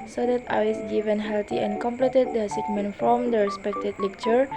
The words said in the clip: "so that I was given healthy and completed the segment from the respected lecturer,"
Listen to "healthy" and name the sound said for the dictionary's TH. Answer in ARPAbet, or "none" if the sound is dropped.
T